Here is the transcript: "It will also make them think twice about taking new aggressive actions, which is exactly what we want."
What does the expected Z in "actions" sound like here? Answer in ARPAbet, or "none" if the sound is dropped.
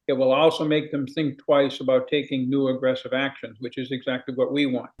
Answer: Z